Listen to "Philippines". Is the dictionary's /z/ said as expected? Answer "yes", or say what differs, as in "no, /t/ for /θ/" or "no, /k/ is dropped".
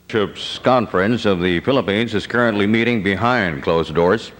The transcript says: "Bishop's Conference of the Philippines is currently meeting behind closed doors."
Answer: yes